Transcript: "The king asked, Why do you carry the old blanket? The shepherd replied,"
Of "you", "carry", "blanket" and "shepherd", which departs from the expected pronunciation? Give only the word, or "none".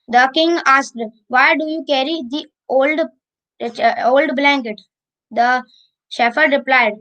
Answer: shepherd